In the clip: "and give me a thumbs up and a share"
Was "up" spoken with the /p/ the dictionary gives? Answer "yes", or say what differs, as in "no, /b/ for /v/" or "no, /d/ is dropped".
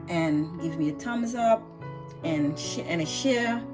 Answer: yes